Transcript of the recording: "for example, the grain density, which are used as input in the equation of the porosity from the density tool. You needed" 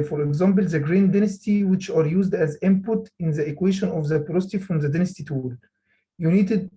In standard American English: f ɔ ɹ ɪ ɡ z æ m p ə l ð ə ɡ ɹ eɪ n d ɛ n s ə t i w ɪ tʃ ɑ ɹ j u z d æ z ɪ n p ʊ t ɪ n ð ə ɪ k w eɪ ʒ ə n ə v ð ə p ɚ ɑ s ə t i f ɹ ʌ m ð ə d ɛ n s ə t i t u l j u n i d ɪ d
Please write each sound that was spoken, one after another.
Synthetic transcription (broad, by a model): f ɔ ɹ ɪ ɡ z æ m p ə l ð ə ɡ ɹ eɪ n d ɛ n s t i w ɪ tʃ ɑ ɹ j u z d æ z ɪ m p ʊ t ɪ n ð ə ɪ k w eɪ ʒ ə n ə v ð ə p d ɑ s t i f ɹ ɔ m ð ə d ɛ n s t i t u l j u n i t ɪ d